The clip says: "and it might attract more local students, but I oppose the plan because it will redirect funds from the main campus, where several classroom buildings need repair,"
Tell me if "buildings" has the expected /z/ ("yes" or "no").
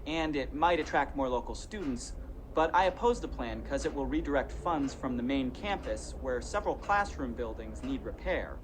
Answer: yes